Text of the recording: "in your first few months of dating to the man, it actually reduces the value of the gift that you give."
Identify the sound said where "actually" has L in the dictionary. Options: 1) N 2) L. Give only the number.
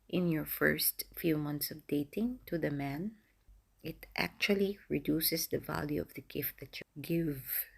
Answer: 2